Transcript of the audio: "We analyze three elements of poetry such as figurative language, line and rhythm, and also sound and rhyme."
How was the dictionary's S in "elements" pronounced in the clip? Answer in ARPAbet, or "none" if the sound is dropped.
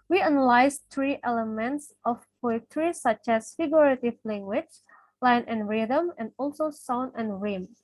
S